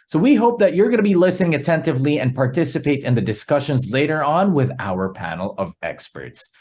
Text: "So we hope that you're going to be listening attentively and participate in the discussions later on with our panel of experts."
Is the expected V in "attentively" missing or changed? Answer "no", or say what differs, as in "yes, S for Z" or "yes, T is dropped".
no